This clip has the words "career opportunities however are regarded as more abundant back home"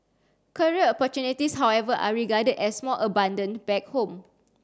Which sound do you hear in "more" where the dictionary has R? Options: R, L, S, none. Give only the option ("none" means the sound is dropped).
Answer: L